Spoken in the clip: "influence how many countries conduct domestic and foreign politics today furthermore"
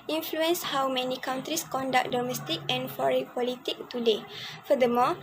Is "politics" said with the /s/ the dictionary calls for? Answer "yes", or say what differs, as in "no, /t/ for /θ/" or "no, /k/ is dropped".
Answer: no, /s/ is dropped